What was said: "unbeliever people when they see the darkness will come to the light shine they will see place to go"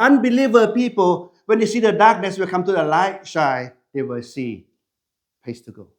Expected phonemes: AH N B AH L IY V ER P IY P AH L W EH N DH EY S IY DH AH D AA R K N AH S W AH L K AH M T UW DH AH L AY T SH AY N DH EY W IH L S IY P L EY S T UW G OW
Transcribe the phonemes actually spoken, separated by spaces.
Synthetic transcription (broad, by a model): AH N B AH L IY V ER P IY P AH L W EH N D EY S IY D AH D AA K N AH S W AH L K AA M T UW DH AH L AY T SH AY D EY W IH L S IY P EY S T UW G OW